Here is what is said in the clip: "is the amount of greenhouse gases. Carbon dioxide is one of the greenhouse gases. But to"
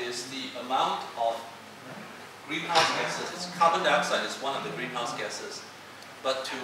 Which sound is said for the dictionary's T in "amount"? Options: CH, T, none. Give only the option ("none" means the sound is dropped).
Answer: T